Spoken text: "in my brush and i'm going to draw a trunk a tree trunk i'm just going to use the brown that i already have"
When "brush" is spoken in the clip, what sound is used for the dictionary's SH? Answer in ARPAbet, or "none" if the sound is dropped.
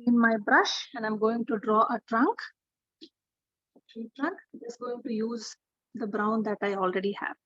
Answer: SH